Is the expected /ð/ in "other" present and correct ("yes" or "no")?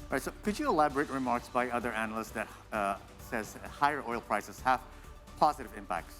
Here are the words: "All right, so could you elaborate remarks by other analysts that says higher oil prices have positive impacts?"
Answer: yes